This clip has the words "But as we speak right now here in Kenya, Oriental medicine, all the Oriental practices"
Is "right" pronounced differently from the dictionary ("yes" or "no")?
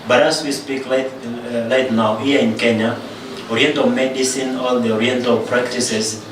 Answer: yes